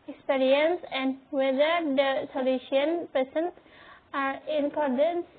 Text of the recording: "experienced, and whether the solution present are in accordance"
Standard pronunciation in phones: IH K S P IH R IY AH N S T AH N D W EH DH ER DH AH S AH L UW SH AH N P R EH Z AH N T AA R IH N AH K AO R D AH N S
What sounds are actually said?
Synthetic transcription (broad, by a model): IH K S P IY R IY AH N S AH N D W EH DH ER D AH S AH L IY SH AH N P EH S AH N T AA R IH N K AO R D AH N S